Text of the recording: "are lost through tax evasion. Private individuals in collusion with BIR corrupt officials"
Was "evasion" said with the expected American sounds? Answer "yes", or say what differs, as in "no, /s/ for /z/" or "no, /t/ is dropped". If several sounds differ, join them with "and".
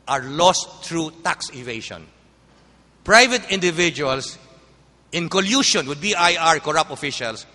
no, /ʃ/ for /ʒ/